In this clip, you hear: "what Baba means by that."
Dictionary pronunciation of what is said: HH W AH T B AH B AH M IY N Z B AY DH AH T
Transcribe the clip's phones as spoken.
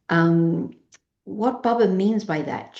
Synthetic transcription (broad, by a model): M W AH T B AH B AH M IY N Z B AY DH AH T